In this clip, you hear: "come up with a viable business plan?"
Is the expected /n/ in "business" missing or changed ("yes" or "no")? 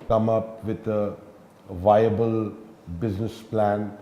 no